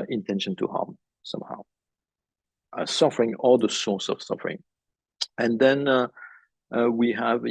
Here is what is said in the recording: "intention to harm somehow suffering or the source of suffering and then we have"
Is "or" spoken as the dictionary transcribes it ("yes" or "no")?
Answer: no